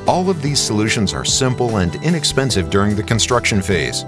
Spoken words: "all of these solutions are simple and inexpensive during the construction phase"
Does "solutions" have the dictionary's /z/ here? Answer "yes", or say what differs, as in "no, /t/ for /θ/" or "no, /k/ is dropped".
yes